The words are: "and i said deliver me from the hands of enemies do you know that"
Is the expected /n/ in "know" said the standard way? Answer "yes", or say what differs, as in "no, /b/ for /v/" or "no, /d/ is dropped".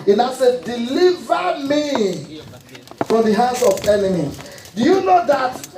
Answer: yes